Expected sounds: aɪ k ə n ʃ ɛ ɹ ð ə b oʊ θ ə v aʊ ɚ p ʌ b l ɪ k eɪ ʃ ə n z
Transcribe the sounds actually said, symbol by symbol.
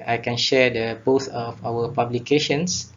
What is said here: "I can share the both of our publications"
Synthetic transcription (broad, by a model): aɪ k ə n ʃ ɛ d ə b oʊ s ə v aʊ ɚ p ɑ b l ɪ k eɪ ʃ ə n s